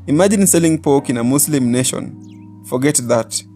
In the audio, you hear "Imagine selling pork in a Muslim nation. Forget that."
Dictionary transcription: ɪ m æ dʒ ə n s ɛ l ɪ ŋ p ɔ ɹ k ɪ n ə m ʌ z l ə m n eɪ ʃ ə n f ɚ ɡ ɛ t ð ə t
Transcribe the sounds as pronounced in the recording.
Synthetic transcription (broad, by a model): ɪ m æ dʒ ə n s ɛ l ɪ ŋ p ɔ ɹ k ɪ n ə m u s l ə m n eɪ ʃ ə n f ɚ ɡ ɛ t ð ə t